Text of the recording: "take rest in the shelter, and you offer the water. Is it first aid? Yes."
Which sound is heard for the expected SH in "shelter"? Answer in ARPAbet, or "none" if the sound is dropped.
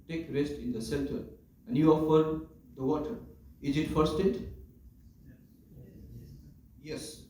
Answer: S